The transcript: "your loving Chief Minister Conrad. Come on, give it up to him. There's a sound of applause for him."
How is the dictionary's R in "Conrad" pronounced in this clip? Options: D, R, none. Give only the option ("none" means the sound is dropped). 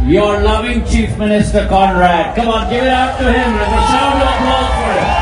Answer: R